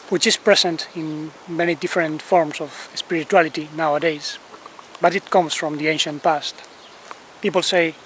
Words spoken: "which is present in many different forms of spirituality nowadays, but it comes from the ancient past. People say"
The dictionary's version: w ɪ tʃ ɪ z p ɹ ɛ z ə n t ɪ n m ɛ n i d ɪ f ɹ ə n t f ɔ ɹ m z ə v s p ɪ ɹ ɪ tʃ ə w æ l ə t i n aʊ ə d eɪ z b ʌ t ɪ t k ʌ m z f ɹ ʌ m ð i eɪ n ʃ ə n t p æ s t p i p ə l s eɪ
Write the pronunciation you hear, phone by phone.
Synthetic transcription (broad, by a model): w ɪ tʃ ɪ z p ɹ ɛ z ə n t ɪ n m ɛ n i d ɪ f ɹ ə n t f ɔ ɹ m s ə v s p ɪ ɹ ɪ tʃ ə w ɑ l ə t i n aʊ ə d eɪ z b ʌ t ɪ t k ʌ m s f ɹ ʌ m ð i eɪ n ʃ ə n t p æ s t p i p ə l s eɪ